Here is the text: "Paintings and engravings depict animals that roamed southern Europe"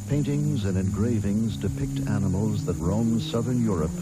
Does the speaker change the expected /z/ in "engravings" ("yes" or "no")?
no